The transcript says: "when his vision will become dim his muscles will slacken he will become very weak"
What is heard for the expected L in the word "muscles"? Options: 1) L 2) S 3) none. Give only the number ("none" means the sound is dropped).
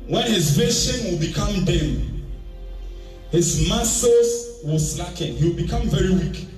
3